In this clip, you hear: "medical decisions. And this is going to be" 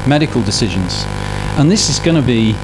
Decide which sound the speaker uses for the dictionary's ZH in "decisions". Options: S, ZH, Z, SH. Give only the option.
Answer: ZH